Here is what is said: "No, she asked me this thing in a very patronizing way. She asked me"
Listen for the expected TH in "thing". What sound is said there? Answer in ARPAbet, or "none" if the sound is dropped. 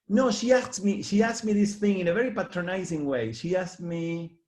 TH